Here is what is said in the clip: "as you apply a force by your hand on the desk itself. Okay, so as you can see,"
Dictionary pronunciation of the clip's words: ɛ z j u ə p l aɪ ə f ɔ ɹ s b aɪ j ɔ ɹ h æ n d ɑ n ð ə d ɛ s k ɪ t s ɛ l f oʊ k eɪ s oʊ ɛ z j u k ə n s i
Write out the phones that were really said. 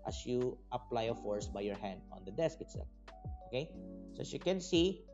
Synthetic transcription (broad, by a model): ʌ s j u ə p l aɪ ə f ɔ ɹ s b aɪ j ɔ ɹ h æ n d ɑ n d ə d ɛ s k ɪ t s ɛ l oʊ k eɪ s oʊ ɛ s j u k ə n s i